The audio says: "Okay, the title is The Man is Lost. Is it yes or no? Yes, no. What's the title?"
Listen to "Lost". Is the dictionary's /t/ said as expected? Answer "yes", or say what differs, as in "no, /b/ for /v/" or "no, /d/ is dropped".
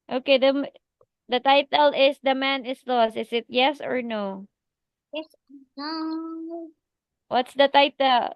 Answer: no, /t/ is dropped